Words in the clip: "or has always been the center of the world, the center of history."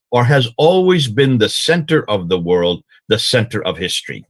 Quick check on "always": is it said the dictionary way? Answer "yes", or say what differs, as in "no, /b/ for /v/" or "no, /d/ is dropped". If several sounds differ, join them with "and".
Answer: yes